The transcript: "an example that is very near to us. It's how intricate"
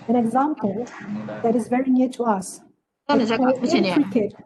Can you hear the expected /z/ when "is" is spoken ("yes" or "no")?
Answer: yes